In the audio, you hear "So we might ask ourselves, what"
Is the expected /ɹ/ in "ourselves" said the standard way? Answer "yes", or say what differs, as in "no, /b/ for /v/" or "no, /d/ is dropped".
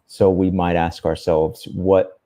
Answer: yes